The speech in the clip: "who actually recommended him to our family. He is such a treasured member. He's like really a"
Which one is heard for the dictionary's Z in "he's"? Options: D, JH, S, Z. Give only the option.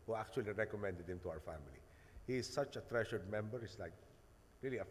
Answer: S